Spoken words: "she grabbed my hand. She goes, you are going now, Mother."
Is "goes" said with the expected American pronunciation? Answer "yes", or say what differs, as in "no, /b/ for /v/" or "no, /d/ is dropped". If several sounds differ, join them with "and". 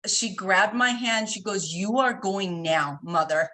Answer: yes